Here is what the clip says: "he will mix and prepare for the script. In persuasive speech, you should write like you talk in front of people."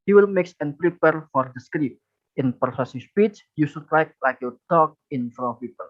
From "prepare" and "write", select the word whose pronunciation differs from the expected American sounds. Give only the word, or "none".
write